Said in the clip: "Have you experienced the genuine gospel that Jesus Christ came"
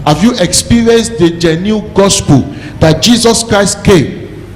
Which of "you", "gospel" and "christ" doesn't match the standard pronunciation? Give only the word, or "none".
none